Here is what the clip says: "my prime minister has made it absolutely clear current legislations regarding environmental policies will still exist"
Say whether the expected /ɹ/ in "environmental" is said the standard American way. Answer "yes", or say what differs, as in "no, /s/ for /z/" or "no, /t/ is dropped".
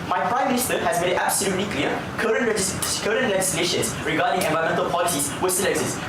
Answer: no, /ɹ/ is dropped